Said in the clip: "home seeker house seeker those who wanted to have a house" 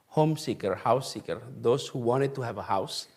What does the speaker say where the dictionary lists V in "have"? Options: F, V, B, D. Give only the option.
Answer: V